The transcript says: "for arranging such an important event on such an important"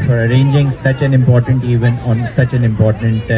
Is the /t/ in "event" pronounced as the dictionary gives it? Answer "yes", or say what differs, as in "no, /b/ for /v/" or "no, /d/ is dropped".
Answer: no, /t/ is dropped